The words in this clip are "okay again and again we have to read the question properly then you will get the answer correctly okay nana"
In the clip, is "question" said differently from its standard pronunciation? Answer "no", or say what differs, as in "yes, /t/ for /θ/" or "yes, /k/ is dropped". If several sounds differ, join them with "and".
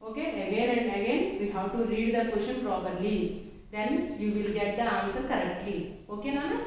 yes, /ʃ/ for /tʃ/